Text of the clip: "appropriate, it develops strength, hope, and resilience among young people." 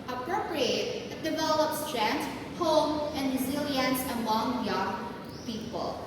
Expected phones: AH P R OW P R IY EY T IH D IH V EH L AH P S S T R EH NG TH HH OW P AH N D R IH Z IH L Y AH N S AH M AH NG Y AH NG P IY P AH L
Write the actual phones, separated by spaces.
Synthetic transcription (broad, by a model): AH P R OW P R IY EY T IH D IH V EH L AH P S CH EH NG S HH OW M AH N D R IH Z IH L Y AH N S AH M AH NG Y AH NG P IY P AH L